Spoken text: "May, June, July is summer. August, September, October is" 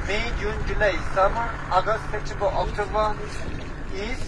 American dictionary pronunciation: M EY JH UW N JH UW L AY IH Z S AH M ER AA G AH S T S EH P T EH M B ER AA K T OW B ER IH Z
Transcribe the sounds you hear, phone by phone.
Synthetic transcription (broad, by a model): M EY JH UW N JH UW L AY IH S AH M ER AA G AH S T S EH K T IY B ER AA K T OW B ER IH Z